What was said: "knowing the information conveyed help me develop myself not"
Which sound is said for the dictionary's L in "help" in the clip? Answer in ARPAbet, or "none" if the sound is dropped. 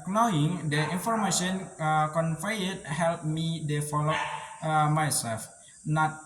L